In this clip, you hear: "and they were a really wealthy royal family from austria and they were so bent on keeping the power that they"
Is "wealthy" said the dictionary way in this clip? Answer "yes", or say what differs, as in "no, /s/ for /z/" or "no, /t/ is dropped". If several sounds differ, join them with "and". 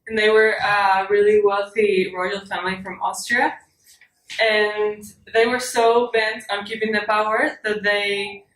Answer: yes